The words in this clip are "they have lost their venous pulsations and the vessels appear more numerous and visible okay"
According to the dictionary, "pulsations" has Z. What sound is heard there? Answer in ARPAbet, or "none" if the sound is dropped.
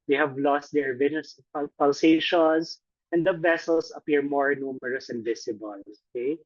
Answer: S